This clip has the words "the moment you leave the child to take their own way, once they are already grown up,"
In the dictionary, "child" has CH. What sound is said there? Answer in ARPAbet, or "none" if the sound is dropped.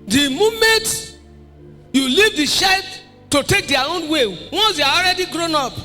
SH